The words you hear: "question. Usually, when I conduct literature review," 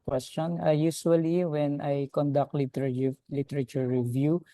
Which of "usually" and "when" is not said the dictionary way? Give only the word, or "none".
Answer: usually